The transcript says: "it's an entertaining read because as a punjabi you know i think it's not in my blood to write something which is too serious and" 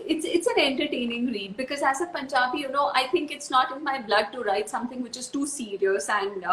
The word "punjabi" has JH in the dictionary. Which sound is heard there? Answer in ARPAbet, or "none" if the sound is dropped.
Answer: CH